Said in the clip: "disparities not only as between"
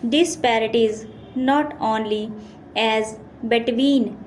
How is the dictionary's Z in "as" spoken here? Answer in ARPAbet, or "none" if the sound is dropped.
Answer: Z